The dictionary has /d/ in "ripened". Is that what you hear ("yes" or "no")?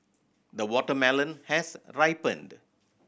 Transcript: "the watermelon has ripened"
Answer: yes